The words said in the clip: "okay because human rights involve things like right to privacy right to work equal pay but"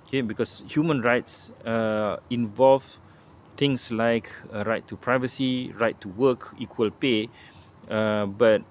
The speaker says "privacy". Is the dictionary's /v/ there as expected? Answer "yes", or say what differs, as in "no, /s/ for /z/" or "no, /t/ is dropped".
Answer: yes